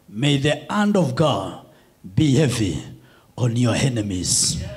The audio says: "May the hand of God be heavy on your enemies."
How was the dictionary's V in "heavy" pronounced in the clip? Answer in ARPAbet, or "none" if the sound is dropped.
V